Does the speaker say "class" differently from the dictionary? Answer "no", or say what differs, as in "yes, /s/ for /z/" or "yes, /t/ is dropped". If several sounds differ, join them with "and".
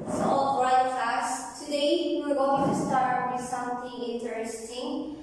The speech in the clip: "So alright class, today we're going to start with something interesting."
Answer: yes, /l/ is dropped